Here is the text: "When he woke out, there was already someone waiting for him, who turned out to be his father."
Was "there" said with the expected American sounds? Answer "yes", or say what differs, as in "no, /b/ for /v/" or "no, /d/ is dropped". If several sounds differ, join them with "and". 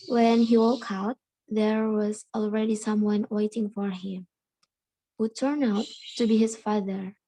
yes